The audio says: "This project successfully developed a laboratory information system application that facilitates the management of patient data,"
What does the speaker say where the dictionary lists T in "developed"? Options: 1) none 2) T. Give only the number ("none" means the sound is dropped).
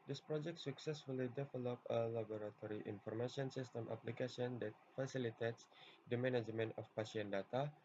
1